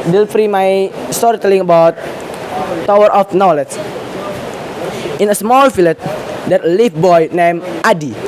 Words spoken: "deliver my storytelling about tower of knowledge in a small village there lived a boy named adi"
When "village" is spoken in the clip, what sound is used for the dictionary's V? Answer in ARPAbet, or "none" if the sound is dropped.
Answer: F